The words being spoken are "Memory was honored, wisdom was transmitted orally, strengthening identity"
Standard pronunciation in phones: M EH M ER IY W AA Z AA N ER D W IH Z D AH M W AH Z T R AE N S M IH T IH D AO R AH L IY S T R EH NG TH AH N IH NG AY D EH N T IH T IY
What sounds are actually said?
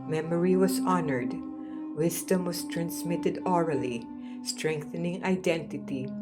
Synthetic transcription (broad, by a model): M EH M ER IY W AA S AA N ER D W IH S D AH M W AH S T R AE N S M IH T IH D AO R AH L IY S T R EH NG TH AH N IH NG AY D EH N T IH T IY